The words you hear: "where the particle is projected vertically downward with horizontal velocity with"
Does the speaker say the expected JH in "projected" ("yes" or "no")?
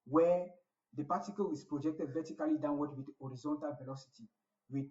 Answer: yes